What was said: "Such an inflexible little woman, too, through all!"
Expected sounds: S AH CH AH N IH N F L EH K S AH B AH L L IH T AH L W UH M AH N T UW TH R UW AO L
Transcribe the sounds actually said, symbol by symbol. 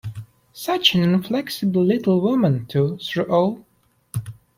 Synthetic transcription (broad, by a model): S AH CH AH N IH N F L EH K S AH B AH L L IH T L W UH M AH N T UW S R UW AO L